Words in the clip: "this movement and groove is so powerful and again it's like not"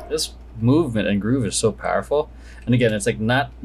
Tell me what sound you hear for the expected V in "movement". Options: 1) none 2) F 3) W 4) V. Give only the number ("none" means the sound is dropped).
4